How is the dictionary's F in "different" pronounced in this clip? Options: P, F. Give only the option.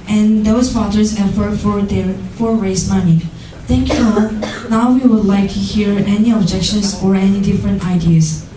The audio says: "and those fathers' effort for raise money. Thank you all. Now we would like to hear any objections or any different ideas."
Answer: F